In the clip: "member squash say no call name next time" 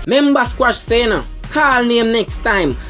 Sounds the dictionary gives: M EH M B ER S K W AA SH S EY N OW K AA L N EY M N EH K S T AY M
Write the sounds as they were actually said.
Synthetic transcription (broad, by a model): M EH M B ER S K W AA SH S EY N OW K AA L N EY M N EH K S T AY M